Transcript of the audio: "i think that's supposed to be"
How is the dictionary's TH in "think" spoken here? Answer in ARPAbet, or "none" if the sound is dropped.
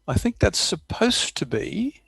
TH